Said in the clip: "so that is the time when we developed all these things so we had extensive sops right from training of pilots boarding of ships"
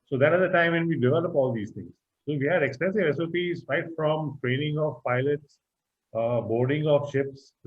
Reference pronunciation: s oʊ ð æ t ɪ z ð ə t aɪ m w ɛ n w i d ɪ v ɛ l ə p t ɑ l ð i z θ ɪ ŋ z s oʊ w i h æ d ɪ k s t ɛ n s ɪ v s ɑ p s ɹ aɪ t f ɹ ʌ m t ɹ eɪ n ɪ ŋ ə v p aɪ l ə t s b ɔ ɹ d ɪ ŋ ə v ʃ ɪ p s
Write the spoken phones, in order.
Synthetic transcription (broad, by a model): s oʊ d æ t ɪ z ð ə t aɪ m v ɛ n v i d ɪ v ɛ l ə p ɑ l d i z t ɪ ŋ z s oʊ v i h æ d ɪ k s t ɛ n s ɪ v s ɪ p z ɹ aɪ t f ɹ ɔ m t ɹ eɪ n ɪ ŋ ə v p aɪ l ə t s b ɔ ɹ d ɪ ŋ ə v ʃ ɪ p s